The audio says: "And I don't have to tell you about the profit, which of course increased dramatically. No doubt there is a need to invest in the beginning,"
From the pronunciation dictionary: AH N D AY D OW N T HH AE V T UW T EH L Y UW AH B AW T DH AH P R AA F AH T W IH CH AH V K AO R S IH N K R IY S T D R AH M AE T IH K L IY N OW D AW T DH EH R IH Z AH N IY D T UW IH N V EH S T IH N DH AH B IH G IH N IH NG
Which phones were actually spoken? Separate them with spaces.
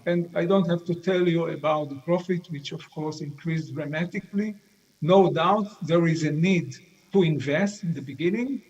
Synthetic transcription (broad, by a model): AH N D AY D OW N T HH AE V T UW T EH L Y UW AH B AW T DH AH P R AA F AH T W IH CH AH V K AO R S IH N K R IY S D R AH M AE T IH K L IY N OW D AW T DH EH R IH Z AH N IY D T UW IH N V EH S T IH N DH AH B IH G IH N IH NG